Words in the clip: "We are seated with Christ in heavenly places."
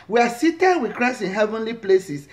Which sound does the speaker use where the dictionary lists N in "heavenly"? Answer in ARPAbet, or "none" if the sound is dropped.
N